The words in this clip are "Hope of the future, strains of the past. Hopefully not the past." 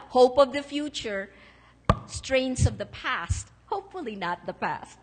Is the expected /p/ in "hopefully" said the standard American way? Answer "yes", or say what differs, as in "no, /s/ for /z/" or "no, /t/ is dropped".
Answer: yes